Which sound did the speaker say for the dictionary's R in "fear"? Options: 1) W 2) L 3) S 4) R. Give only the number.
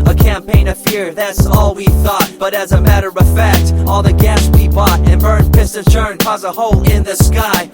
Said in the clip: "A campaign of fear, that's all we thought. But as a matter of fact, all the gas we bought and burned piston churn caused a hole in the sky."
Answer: 4